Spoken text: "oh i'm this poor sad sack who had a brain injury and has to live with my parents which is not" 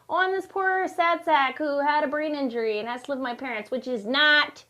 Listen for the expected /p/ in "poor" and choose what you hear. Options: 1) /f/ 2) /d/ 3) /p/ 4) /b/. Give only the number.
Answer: 3